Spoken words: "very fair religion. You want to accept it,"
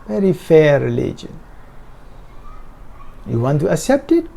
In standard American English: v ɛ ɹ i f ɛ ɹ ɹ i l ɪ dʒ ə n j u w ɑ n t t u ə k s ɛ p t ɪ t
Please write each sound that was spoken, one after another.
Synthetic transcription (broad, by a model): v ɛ ɹ i f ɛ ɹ ɹ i l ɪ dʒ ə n j u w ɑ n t t u ə k s ɛ p t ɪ t